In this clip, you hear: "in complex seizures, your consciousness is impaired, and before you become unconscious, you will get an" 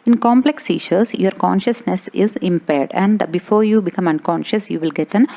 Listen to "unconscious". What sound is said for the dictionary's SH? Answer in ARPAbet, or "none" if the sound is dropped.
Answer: SH